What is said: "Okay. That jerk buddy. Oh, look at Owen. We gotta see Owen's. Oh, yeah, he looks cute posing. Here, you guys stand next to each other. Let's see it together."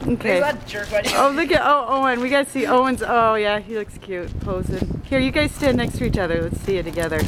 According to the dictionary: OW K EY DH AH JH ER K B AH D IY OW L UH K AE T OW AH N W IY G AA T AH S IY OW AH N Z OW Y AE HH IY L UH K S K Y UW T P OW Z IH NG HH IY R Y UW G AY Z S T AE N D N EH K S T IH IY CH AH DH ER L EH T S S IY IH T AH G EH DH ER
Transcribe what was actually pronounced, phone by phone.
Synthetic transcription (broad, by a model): OW K EY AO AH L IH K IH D OW UH T OW AH N W IY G AA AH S IY OW AH N Z OW Y AE HH IY L UH K S K Y UW T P OW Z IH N HH IY R Y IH G AY Z S T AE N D N EH K S T IH IY CH AH DH ER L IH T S S IY IH T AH G EH DH ER